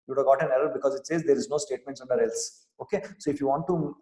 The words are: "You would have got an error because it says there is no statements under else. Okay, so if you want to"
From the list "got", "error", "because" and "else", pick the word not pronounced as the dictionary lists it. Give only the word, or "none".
none